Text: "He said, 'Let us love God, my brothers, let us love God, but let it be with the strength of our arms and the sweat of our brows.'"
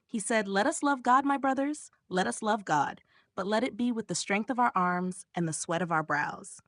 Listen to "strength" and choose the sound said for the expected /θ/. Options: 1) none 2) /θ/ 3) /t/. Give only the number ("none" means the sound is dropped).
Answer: 2